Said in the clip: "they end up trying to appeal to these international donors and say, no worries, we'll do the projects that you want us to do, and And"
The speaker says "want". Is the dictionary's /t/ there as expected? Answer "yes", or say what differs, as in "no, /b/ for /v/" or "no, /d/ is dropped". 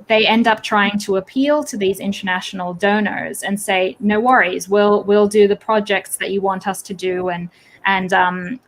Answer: yes